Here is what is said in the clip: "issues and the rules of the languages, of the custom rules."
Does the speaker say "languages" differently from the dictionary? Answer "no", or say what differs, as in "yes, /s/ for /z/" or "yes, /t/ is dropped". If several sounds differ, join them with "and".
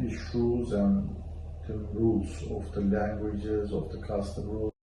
no